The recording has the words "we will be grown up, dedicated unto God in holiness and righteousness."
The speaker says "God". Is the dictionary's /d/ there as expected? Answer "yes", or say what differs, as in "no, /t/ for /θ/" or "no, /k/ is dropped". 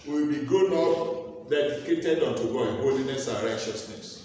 no, /d/ is dropped